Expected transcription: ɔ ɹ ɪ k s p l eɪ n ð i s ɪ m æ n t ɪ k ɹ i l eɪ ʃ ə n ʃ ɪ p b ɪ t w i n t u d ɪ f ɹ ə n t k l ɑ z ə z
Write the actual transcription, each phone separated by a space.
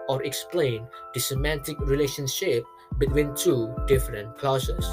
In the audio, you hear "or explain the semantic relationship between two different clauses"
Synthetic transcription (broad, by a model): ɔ ɹ ɪ k s p l eɪ n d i s ɪ m æ n t ɪ k ɹ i l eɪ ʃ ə n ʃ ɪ p b ɪ t w i n t u d ɪ f ɹ ə n t k l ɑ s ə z